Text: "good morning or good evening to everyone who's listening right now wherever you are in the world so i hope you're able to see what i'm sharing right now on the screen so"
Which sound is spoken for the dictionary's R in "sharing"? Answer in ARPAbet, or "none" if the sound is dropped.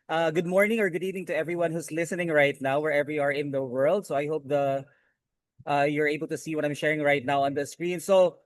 R